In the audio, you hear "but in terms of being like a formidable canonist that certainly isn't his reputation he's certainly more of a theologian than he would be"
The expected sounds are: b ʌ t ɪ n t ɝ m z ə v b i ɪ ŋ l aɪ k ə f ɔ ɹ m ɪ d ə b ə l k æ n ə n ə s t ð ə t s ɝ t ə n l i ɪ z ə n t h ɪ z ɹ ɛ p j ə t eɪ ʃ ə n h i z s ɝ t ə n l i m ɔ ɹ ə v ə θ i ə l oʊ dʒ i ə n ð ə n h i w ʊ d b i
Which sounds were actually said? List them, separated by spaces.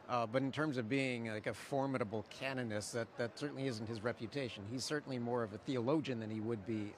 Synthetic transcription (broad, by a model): b ʌ t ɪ n t ɝ m z ə v b i ɪ ŋ l aɪ k ə f ɔ ɹ m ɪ d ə b l k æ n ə n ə s t ð ə t s ɝ t n l i ɪ z n t h ɪ z ɹ ɛ p j ə t eɪ ʃ ə n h i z s ɝ t n l i m ɔ ɹ ə v ə θ i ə l oʊ dʒ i n ð ə n i w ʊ d b i